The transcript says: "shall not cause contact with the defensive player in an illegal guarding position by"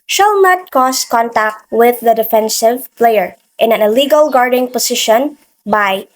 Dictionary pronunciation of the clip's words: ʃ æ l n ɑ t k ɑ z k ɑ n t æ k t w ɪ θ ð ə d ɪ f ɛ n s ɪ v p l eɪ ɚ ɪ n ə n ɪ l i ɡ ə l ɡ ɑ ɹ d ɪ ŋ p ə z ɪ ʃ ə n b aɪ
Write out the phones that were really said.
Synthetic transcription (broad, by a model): ʃ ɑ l n ɑ t k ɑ s k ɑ n t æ k t w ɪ ð ə d ɪ f ɛ n s ɪ v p l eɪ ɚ ɪ n ə n ɪ l i ɡ ə l ɡ ɑ ɹ d ɪ ŋ p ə s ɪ ʃ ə n b aɪ